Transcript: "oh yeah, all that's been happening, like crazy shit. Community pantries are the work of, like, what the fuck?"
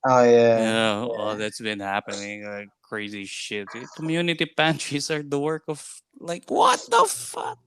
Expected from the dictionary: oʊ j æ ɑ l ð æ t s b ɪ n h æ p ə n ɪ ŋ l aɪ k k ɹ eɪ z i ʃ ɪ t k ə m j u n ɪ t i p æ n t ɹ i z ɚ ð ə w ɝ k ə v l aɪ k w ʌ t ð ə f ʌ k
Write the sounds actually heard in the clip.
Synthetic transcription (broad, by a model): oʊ j æ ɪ n ð æ t s b ɪ n h æ p ə n ɪ ŋ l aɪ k k ɹ eɪ z i ʃ ɪ t k ə m j u n ɪ t i p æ n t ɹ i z ɚ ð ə w ɝ k ə v l aɪ k w ʌ t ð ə f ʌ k